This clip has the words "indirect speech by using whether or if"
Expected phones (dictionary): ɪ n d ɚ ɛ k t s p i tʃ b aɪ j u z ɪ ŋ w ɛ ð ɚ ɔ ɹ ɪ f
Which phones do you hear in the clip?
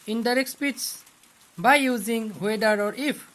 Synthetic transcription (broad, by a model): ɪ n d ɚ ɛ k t s p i s b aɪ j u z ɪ ŋ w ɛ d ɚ ɔ ɹ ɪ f